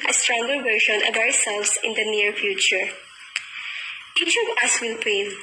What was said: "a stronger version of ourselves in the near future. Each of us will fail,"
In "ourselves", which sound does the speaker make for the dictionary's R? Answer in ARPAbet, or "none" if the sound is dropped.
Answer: W